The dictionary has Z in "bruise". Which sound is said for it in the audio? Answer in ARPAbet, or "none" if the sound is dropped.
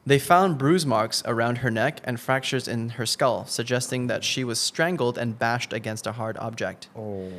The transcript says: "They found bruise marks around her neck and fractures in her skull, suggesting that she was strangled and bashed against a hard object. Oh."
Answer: Z